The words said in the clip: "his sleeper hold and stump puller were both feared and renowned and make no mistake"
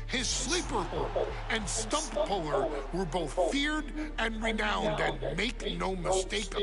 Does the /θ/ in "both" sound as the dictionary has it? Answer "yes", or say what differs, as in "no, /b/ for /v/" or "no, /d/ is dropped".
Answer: yes